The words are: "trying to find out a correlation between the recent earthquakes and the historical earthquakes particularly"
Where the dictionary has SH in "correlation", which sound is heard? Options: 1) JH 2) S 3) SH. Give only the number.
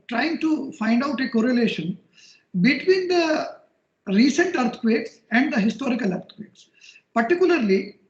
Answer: 3